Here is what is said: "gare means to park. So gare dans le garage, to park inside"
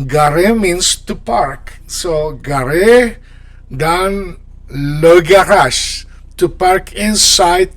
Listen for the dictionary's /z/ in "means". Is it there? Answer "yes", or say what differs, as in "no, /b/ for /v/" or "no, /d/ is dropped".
no, /s/ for /z/